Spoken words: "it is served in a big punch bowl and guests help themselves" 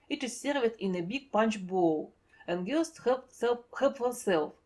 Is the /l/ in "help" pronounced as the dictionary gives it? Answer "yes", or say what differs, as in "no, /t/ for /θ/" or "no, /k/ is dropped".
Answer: no, /l/ is dropped